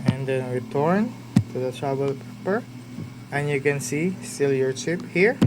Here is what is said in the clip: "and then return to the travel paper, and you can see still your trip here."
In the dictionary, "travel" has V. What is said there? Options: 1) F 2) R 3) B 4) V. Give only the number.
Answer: 3